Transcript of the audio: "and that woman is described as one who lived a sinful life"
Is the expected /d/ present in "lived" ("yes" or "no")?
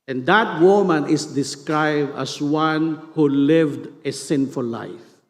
yes